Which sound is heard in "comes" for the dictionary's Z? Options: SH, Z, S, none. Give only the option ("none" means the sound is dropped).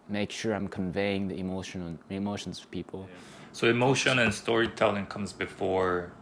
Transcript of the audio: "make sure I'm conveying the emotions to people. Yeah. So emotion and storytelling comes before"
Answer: Z